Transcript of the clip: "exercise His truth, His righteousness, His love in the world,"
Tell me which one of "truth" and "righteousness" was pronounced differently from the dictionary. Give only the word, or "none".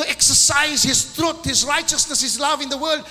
truth